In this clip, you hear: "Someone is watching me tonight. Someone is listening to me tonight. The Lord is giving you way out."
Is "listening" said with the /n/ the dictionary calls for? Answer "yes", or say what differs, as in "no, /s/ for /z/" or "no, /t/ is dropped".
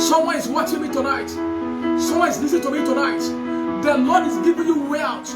no, /n/ is dropped